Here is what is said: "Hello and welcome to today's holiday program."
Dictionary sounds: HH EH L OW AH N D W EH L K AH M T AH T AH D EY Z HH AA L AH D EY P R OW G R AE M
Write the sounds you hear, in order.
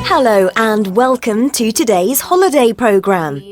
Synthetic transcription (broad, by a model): HH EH L OW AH N W EH L K AH M T AH T AH D EY Z HH AA L AH D EY P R OW G R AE M